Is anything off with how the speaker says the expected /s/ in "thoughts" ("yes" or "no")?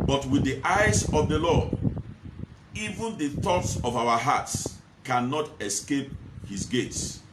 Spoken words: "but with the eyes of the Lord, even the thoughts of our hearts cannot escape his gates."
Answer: no